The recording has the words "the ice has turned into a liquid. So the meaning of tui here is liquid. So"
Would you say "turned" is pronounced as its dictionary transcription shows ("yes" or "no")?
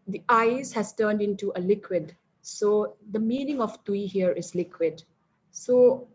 yes